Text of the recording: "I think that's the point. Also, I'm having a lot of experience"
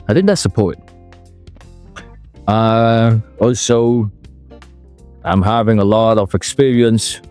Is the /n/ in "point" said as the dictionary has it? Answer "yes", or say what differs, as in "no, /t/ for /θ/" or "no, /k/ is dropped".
no, /n/ is dropped